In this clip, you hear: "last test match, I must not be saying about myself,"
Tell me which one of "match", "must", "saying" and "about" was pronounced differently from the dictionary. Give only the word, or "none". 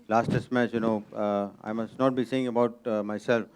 match